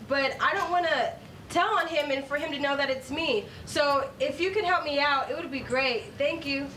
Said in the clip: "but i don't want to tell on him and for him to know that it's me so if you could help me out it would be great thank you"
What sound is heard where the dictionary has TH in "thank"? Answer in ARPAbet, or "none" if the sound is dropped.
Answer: TH